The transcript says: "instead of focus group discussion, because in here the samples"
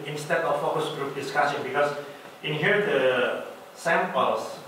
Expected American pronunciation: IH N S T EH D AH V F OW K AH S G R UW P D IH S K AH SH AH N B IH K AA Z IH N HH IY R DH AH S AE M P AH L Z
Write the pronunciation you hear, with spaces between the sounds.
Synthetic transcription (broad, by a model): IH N S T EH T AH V F OW K AH S G R UW P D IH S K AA S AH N B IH K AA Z IH N HH IY R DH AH S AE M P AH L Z